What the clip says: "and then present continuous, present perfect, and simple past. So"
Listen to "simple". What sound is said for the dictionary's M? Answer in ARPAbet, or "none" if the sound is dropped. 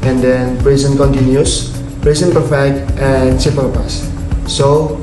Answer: none